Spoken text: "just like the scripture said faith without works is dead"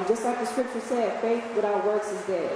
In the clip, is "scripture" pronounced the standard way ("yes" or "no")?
yes